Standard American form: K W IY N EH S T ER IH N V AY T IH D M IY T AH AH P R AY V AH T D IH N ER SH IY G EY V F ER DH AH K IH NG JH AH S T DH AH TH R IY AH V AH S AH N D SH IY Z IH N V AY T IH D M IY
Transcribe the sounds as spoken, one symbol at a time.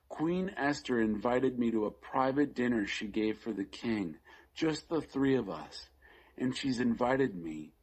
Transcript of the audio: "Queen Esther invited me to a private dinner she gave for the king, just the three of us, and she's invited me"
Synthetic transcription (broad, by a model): K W IY N EH S T ER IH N V AY T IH D M IY T AH AH P R AY V AH T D IH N ER SH IY G EY V F ER DH AH K IH NG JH AH S T DH AH TH R IY AH V AH S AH N SH IY Z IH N V AY T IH D M IY